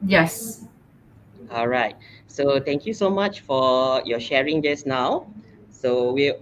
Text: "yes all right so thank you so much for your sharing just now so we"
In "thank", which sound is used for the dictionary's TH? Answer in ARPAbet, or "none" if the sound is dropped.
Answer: T